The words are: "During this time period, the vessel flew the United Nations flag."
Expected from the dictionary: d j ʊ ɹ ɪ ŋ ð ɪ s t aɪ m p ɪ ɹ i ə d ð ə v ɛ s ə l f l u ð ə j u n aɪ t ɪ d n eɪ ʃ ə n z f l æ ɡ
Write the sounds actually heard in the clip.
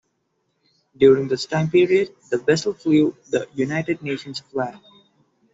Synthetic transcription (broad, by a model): d j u ɹ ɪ ŋ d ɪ s t aɪ m p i ɹ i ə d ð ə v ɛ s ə l f l u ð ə j u n aɪ t ɪ d n eɪ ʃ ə n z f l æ